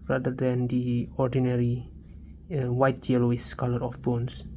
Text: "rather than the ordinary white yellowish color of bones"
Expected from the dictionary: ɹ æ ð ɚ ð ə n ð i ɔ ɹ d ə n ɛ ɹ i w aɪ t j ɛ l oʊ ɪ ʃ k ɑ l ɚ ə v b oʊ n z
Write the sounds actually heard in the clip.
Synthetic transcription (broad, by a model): ɹ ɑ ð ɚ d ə n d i ɔ ɹ d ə n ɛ ɹ i w aɪ t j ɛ l oʊ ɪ s k ɑ l ɚ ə f b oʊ n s